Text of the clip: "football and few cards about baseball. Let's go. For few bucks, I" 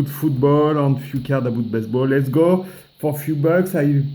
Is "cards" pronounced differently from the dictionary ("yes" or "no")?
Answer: yes